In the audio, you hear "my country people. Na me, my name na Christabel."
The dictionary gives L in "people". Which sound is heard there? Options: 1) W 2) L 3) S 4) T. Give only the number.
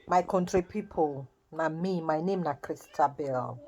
2